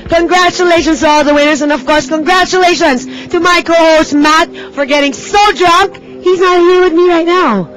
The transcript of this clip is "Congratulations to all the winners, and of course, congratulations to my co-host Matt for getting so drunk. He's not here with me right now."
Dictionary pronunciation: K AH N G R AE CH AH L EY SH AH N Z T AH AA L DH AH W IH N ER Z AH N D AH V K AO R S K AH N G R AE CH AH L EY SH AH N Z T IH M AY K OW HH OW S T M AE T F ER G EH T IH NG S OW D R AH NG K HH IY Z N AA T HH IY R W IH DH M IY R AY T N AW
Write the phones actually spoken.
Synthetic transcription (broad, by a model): K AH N G R AE CH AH L EY SH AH N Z T AH AA L DH AH W IH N ER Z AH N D AH V K AO R S K AH N G R AE CH AH L EY SH AH N Z T IH M AY K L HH OW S M AE T F ER G EH T IH NG S OW D R AH NG K HH IY Z N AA T HH IY R W IH DH M IY R AY T N AW